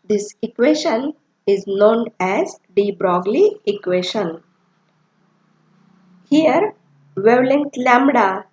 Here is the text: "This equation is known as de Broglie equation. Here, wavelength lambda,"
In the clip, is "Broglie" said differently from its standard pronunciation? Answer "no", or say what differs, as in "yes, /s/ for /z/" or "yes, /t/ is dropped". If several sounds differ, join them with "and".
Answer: no